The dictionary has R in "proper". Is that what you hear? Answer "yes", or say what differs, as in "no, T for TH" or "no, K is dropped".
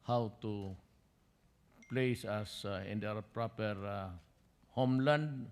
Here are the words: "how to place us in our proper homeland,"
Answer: yes